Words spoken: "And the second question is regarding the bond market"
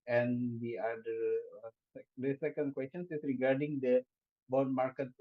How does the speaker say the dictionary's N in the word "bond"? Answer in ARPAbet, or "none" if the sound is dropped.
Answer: none